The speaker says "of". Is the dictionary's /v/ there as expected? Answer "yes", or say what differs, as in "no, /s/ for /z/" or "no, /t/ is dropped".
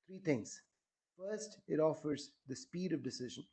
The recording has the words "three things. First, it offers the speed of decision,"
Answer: yes